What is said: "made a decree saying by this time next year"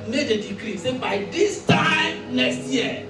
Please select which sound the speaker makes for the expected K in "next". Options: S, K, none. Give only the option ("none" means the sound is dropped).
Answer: none